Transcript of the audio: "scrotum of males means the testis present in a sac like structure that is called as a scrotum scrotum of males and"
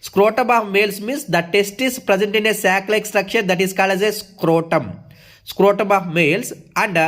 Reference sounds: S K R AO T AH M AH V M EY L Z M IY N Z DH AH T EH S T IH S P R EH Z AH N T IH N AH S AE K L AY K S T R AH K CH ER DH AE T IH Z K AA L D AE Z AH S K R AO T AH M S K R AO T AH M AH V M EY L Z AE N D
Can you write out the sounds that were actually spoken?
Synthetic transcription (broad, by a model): S K R AO T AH M AH V M EY L S M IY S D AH T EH S T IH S P R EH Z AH N T IH N AH S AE K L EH K S T R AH K SH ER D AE T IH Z K AA L D AE Z AH S K R AO T AH M S K R AO T AH M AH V M EY L S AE N D